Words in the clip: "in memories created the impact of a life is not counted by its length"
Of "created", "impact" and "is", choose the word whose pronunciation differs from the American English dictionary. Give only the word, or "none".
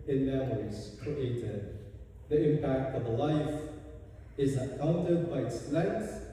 none